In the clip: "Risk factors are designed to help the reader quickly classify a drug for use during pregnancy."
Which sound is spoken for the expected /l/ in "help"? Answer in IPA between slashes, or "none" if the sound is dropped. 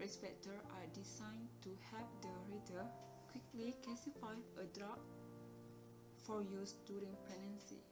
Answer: none